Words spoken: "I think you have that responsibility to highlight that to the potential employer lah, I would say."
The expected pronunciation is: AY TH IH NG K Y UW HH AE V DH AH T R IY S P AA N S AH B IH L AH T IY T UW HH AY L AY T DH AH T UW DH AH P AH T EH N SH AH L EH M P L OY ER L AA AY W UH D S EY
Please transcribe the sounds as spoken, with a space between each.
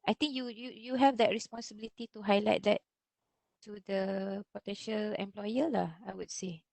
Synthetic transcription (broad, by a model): AY T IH NG K Y UW HH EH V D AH T R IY S P AA N S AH B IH L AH T IY T UW HH AY L AY T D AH T UW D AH P AH T EH N SH AH L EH M P L OY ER L AA AY W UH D S EY